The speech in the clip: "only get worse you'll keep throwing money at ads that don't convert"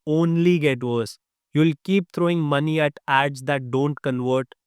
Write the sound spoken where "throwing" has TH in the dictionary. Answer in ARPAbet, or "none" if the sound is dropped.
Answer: T